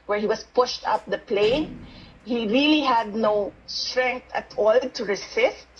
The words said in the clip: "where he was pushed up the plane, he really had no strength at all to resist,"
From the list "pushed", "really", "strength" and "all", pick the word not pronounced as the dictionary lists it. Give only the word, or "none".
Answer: strength